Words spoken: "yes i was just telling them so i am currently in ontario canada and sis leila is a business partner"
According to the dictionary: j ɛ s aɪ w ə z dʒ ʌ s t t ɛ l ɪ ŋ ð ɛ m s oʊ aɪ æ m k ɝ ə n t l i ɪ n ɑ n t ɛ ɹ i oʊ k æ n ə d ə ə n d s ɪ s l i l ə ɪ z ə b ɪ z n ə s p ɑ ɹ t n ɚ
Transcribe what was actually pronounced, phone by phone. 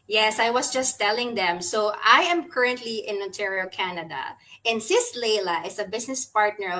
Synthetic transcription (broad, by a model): j ɛ s aɪ w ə s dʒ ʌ s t t ɛ l ɪ ŋ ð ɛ m s oʊ aɪ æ m k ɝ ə n t l i ɪ n ɑ n t ɛ ɹ i oʊ k æ n ə d ə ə n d s ɪ s l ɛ l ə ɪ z ə b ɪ s n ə s p ɑ ɹ t n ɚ